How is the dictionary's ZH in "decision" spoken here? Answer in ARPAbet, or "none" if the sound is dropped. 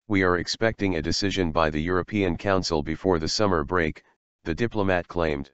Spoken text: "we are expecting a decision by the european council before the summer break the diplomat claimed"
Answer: ZH